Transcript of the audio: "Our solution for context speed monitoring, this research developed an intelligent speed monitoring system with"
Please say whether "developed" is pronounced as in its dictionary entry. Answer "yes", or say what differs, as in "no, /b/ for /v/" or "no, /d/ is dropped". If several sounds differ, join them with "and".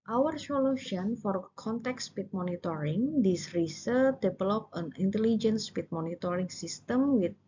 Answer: no, /t/ is dropped